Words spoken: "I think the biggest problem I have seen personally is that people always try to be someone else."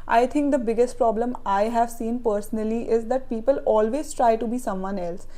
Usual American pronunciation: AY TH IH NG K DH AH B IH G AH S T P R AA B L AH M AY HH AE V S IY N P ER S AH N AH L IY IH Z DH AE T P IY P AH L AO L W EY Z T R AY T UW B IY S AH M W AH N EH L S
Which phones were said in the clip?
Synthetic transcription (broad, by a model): AY T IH NG K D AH B IH G AH S T P R AA B L AH M AY HH AE V S IY N P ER S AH N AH L IY IH Z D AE T P IY P AH L AO L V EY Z T R AY T UW B IY S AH M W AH N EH L S